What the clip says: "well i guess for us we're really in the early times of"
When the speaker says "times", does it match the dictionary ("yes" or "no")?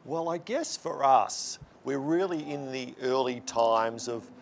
yes